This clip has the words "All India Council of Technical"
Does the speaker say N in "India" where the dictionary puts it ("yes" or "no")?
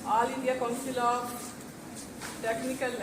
no